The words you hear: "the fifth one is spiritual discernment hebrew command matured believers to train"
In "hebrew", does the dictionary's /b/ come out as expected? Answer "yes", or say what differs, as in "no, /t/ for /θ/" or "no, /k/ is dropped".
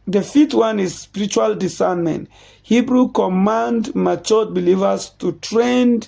yes